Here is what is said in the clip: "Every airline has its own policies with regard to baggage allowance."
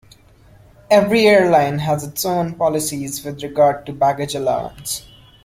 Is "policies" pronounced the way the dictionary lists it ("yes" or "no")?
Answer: yes